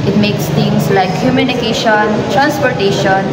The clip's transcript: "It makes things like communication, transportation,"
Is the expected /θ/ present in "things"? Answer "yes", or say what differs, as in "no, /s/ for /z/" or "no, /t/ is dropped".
no, /t/ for /θ/